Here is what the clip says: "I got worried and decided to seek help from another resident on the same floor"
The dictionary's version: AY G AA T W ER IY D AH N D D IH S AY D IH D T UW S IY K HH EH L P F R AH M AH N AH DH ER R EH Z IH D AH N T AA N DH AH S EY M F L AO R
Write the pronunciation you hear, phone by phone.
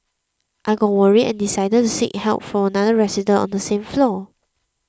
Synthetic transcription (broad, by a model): AY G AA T W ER IY AH N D D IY S AY D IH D T UW S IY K HH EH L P F R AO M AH N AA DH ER R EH S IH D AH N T AA N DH AH S EY M F L AO